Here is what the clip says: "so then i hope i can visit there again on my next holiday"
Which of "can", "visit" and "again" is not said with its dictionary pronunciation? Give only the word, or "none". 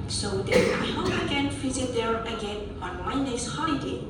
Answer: visit